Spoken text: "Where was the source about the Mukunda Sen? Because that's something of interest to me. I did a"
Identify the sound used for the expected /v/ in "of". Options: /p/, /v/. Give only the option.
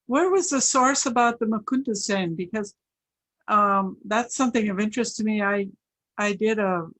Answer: /v/